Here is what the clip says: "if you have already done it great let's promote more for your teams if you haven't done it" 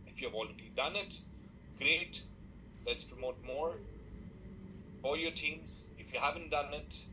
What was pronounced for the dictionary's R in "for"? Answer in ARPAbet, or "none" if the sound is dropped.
L